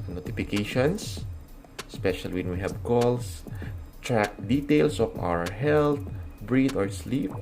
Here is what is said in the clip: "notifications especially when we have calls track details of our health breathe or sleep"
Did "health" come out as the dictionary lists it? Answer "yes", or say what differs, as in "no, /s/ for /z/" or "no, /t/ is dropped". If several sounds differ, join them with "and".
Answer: no, /t/ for /θ/